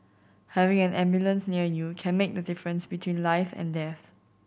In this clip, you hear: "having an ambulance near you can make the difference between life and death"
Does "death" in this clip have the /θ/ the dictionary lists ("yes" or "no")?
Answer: yes